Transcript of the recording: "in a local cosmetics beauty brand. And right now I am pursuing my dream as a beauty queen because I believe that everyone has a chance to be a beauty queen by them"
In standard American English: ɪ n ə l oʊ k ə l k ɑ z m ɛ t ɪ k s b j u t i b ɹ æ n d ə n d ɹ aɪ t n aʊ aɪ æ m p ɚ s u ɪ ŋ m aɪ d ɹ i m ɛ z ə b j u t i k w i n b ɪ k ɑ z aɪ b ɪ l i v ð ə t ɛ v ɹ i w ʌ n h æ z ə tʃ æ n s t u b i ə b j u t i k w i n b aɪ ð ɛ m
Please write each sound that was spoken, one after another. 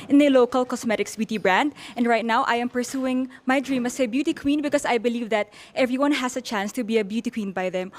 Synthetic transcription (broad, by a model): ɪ n ə l oʊ k ə l k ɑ s m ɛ t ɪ k s b j u t i b ɹ æ n d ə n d ɹ aɪ t n aʊ aɪ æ m p ɚ s u ɪ ŋ m aɪ d ɹ i m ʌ s ə b j u t i k w i n b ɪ k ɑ s aɪ b ɪ l i v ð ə t ɛ v ɹ i w ʌ n h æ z ə tʃ æ n s t u b i ə b j u t i k w i n b aɪ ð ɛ m